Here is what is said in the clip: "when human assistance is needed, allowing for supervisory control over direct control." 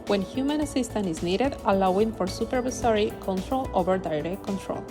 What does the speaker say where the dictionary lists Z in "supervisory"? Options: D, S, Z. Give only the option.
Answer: S